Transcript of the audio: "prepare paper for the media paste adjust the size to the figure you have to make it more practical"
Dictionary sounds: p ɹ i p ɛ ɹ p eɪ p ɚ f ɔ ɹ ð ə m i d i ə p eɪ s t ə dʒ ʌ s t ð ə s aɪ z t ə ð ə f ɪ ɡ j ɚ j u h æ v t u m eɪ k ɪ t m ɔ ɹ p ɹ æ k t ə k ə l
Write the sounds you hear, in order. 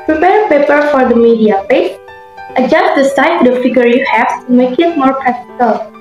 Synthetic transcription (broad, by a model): p ɹ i p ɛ ɹ p eɪ p ɚ f ɔ ɹ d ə m i d i ə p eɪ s t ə dʒ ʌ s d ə s aɪ t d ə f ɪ ɡ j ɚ j u h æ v t u m eɪ k ɪ t m ɔ ɹ p ɹ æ k t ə k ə l